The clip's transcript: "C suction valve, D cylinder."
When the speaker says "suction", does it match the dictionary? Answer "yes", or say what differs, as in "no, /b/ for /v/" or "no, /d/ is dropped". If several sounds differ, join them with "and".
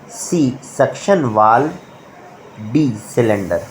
yes